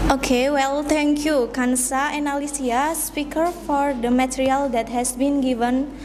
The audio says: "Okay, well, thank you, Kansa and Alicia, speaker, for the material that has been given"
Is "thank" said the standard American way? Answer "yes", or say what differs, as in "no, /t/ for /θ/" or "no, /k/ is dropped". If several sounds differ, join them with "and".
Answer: no, /t/ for /θ/